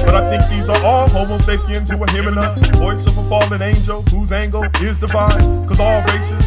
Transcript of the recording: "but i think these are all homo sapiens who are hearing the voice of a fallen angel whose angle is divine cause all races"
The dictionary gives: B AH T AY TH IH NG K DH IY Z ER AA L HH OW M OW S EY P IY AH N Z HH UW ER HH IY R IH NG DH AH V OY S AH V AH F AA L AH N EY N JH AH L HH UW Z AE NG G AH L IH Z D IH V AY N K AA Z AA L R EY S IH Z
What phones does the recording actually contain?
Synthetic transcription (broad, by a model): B AH T AY TH IH NG K DH IY Z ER AA L HH OW M OW S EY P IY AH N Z HH UW ER HH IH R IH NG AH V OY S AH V AH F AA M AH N EY N JH AH L HH UW Z AE NG G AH L IH Z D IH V AY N K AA Z AA L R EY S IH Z